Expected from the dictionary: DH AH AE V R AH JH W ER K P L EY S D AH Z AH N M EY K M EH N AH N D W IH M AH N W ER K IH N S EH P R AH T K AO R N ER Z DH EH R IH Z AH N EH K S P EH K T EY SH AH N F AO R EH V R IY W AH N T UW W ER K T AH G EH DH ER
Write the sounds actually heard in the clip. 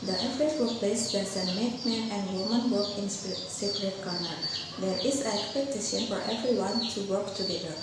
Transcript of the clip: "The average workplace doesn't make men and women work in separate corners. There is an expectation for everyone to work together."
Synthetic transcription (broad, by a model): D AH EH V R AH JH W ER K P L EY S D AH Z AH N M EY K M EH AH N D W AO M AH N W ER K IH N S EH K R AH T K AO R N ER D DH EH R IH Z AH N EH K S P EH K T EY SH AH N F AO R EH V R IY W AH N T UW W ER K T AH G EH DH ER